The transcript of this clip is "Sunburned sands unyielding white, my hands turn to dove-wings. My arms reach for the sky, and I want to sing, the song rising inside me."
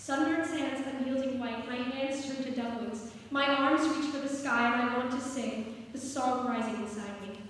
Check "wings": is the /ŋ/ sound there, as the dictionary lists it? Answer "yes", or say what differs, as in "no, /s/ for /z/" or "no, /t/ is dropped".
no, /ŋ/ is dropped